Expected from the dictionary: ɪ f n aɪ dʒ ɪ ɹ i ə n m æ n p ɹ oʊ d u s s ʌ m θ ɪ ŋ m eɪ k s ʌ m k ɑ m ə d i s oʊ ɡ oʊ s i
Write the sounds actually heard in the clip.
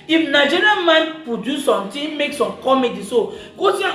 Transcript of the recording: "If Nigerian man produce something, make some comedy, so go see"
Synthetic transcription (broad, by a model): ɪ f n aɪ dʒ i ɹ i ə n m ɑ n p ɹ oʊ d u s s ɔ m t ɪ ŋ m eɪ k s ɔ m k ɑ m ə d i s oʊ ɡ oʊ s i